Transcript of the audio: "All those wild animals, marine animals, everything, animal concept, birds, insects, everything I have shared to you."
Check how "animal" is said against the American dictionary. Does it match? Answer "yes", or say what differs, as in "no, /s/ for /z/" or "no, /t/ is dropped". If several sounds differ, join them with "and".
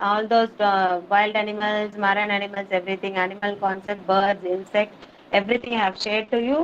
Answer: yes